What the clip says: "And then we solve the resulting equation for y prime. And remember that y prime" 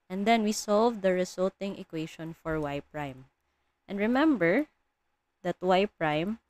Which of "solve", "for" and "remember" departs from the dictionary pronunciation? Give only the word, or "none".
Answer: none